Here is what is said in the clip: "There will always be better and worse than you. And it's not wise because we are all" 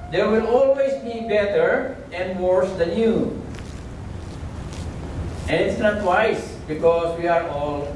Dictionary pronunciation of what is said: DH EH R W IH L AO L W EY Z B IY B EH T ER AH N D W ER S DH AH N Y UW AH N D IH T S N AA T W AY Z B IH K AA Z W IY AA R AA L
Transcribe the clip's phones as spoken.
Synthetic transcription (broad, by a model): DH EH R W IH L AO L W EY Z B IY B EH T ER AH N D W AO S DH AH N Y UW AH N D IH T S N AA T W AY S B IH K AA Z W IY AA R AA L